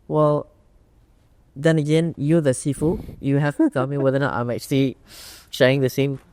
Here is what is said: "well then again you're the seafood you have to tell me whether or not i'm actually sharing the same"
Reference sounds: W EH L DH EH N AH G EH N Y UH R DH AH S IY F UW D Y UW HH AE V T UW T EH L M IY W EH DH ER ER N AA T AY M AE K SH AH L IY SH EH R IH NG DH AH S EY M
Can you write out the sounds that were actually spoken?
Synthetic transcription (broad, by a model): W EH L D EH N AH G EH N Y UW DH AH S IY F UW Y UW HH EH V T UW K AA M IY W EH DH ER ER N AA T AY M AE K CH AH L IY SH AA IH NG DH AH S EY M